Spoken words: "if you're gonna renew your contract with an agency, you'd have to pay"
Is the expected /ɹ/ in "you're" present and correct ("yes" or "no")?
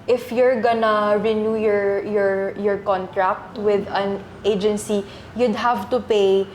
yes